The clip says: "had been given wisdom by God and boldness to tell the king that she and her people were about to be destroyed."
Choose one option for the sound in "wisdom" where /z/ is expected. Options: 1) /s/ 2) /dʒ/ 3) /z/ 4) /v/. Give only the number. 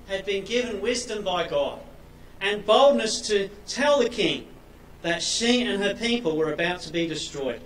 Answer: 3